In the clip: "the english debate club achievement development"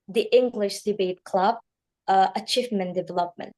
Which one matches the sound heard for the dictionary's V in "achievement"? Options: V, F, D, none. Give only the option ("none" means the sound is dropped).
F